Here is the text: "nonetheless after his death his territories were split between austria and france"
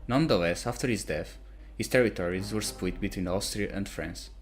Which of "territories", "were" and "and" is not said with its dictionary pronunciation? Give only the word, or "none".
none